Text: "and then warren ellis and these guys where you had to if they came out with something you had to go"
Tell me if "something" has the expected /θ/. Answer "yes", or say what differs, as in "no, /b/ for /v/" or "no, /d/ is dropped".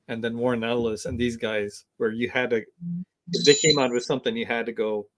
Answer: yes